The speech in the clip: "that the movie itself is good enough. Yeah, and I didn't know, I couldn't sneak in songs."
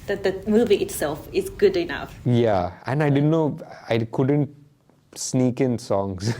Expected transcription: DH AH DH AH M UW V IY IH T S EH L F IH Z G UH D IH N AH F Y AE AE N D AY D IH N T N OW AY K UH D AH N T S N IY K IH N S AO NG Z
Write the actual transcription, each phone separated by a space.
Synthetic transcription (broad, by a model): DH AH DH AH M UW V IY IH T S EH L F IH Z G UH D IH N AH F Y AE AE N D AY D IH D N OW AY K UH D AH N T S N IY K IH N S AO NG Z